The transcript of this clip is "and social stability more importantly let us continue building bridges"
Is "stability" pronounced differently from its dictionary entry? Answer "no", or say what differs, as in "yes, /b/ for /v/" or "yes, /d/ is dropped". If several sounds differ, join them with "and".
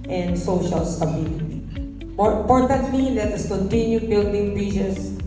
yes, /n/ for /l/